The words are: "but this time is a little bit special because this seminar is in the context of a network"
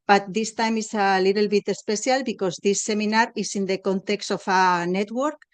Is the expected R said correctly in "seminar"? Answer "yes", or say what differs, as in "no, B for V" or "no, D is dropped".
yes